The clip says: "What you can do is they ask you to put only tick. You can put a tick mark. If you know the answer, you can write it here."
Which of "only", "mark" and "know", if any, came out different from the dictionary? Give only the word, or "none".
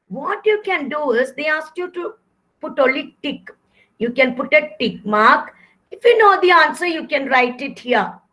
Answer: only